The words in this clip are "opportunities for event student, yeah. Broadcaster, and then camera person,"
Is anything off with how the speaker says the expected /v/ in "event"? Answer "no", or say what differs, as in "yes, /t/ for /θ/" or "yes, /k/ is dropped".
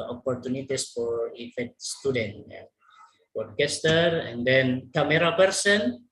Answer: yes, /f/ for /v/